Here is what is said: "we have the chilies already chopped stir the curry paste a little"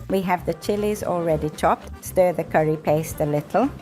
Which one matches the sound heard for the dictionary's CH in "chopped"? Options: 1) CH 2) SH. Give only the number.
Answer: 1